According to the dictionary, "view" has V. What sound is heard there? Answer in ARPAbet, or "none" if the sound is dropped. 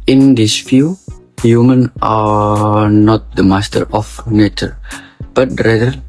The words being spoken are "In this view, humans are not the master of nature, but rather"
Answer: F